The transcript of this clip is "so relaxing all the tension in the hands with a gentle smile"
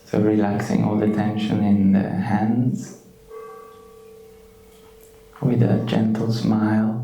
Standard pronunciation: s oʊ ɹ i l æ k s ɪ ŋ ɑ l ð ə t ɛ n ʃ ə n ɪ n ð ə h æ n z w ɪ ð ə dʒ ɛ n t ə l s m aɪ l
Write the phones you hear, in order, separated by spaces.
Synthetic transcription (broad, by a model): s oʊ ɹ i l æ k s ɪ ŋ ɑ l ð ə t ɛ n ʃ ə n ɪ n ð ə h æ n z w ɪ ð ə dʒ ɛ n t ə l s m aɪ l